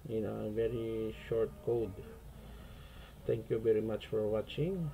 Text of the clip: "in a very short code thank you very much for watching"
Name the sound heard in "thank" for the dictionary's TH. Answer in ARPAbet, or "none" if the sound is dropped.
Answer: T